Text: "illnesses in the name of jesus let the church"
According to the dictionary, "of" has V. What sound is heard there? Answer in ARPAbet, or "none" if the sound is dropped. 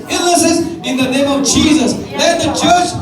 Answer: V